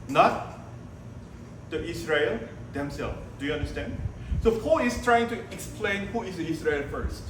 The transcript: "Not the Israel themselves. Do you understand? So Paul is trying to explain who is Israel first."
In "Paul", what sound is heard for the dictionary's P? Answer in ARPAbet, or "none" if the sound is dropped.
F